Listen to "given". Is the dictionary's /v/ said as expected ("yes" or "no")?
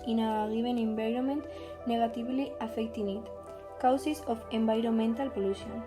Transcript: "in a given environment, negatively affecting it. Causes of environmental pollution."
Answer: no